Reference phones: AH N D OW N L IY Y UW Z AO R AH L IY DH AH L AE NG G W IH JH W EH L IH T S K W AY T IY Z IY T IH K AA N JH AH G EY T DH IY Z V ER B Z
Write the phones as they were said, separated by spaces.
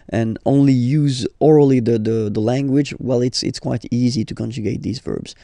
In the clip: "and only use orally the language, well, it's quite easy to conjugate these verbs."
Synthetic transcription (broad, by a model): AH N OW N L IY Y UW Z AO R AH L IY DH AH L AE NG G W IH JH W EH L IH T S K W AY T IY Z IY T IH K AA N JH AH G EY T DH IY Z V ER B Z